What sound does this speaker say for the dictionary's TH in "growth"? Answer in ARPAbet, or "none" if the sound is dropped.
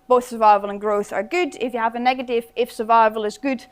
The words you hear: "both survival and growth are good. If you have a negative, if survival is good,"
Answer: TH